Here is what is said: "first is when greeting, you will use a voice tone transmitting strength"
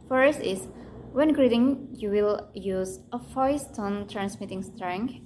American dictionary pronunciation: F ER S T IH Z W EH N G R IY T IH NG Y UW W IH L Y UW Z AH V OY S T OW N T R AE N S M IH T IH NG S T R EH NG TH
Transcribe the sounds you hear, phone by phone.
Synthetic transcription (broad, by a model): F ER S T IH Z W EH N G R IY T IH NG Y UW W IH L Y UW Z AH F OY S T OW N T R AE N S M IH T IH NG S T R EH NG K